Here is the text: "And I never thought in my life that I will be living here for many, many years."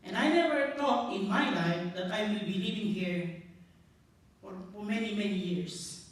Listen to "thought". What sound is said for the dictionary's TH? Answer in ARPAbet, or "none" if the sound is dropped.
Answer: T